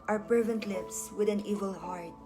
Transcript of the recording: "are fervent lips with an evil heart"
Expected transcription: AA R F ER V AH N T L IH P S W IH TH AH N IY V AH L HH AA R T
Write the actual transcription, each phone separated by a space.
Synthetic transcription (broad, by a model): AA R P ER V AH N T L IH P S W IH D AH N IY V AH L HH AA R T